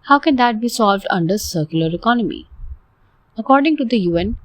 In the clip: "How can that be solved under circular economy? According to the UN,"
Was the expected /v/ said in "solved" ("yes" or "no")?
yes